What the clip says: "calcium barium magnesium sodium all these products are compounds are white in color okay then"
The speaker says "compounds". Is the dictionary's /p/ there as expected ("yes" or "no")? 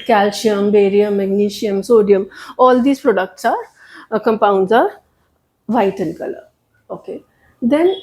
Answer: yes